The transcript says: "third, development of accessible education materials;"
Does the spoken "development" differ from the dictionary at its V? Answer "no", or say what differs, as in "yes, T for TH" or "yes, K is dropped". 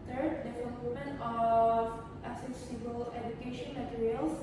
yes, F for V